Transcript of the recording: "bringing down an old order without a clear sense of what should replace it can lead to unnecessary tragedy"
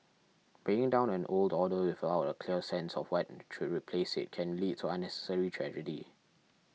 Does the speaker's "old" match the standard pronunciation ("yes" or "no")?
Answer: yes